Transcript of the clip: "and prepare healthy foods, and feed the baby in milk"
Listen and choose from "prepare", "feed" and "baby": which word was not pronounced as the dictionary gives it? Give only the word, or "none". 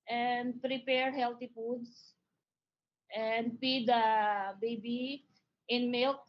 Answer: feed